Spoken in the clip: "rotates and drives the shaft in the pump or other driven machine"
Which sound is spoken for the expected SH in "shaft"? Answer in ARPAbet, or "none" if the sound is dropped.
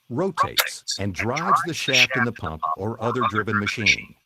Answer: SH